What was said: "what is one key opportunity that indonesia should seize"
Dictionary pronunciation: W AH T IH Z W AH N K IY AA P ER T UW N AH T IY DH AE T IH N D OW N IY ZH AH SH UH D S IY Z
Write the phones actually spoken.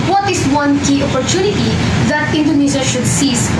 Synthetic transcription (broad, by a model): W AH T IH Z W AH N K IY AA P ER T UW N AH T IY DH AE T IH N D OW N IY Z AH SH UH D S IY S